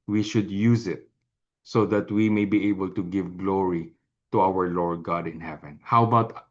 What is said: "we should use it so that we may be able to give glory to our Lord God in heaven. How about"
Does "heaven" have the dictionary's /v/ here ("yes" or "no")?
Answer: yes